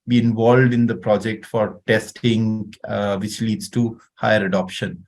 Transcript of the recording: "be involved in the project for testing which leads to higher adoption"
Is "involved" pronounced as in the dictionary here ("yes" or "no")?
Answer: yes